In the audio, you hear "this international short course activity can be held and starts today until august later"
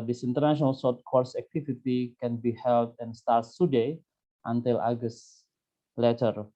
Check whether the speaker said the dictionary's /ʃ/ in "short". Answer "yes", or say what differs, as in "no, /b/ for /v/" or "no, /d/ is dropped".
no, /s/ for /ʃ/